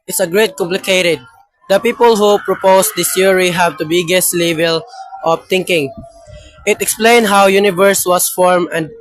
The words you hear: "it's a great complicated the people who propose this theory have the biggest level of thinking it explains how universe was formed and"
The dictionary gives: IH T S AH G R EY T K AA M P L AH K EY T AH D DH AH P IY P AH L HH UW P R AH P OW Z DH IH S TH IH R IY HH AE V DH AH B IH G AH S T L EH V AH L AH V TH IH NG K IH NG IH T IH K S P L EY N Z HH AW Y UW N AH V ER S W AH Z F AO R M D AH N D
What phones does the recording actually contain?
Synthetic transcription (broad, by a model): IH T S AH G R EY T K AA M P L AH K EY T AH D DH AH P IY P AH L HH UW P R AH P OW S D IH S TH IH R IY HH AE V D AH B IH G AH S T L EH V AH L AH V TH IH NG K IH NG IH T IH K S P L EY N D HH AW Y UW N AH V ER S W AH S F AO R M AH N D